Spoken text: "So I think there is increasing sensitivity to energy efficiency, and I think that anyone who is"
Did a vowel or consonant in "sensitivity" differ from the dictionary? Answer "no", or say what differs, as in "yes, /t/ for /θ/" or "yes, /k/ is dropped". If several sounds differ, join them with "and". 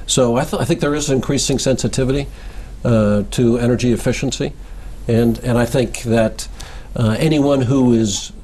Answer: no